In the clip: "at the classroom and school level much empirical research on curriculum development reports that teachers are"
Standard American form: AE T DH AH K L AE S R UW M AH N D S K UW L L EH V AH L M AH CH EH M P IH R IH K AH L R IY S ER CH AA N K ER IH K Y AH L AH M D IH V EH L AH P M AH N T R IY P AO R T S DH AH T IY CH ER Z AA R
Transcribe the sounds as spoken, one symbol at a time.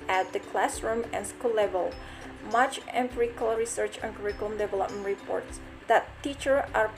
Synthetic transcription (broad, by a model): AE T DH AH K L AE S R UW M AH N S K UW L L EH V AH L M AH CH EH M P R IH K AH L R IY S ER CH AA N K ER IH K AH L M D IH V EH L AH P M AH N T R IY P AO R T S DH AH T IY CH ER AA R